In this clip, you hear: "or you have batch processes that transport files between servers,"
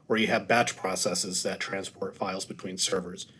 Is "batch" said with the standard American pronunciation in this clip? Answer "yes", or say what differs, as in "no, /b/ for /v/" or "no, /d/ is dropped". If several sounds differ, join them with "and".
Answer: yes